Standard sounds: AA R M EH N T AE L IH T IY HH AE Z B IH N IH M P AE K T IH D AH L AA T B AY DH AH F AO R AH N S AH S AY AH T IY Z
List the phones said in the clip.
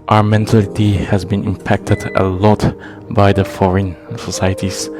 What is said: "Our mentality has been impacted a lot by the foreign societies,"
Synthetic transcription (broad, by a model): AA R M EH N T AE L IH T IY HH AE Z B IH N IH M P AE K T IH D AH L AA T B AY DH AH F AO R AH N S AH S AY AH T IY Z